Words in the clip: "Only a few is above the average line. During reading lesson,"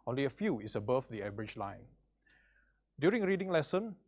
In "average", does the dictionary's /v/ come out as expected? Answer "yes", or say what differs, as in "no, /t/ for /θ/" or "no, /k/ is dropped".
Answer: no, /b/ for /v/